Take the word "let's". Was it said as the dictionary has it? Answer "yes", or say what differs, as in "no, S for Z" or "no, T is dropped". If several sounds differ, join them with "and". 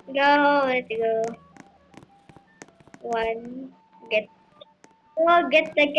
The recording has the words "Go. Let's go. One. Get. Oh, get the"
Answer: no, S is dropped